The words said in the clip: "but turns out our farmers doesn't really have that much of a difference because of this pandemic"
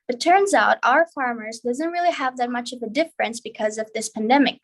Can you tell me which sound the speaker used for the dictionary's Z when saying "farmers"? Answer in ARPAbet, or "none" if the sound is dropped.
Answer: Z